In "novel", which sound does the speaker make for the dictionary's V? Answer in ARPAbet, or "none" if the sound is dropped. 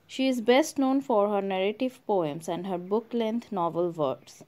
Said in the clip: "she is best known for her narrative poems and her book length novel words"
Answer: V